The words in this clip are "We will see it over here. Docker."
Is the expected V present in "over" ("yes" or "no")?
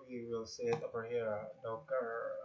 no